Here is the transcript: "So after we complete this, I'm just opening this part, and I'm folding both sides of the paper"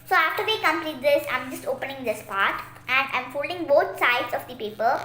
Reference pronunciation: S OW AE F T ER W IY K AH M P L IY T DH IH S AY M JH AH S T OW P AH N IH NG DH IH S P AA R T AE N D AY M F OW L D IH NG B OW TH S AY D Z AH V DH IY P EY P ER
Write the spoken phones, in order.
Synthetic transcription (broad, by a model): S OW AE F T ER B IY K AH M P L IY T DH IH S AY M JH AH S T OW P AH N IH NG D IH S P AA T T AE N D AY M F OW L D IH NG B OW T S AY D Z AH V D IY P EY P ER